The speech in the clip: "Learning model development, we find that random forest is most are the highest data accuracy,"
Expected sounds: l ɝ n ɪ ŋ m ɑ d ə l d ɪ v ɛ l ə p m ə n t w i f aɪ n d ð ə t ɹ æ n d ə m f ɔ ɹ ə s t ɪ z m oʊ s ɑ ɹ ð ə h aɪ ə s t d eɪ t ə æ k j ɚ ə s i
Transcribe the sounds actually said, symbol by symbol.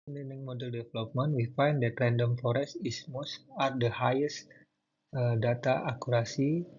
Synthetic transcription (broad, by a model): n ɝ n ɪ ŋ m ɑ d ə l d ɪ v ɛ l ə p m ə n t w i f aɪ n d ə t ɹ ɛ n d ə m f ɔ ɹ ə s ɪ s m oʊ s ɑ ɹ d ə h aɪ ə s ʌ d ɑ t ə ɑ k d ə s i